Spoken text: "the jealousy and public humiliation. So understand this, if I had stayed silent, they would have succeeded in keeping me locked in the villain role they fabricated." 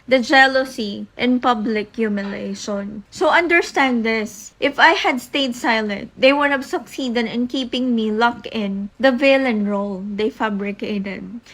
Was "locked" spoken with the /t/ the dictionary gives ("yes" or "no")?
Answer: no